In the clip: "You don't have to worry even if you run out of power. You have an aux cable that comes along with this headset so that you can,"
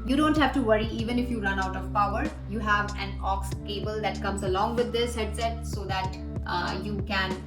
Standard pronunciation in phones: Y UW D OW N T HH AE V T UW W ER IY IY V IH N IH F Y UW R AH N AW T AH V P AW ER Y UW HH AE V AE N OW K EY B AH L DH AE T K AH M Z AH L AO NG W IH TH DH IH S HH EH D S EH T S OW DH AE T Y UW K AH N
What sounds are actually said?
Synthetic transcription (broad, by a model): Y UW D OW N T HH AE V T UW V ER IY IY V IH N IH F Y UW R AH N AW T AH V P AW ER Y UW HH AE V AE N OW K EY B AH L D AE T K AH M Z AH L AO NG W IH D IH S HH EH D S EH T S OW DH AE T Y UW K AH N